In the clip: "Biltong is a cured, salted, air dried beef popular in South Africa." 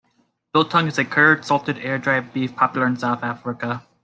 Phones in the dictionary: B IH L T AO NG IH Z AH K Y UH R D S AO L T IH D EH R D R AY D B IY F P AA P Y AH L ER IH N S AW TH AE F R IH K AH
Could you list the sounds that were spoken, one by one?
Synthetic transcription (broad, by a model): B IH L T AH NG IH Z AH K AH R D S AO L T IH D EH R D R AY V B IY F P AA P Y L ER IH N S AW TH AE F R IH K AH